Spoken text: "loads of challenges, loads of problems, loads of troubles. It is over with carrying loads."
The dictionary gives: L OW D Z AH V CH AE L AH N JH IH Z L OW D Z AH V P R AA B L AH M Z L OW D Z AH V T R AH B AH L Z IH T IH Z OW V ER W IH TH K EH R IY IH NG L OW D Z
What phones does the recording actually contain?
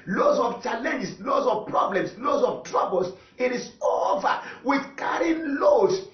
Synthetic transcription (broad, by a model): L OW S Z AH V CH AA L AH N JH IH S L OW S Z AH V P R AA B L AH M S L OW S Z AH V T R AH B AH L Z IH T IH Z OW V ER W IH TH K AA R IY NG L OW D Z